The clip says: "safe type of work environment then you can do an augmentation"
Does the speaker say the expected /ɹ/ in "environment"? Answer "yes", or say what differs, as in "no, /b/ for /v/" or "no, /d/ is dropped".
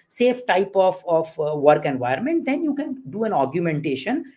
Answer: no, /ɹ/ is dropped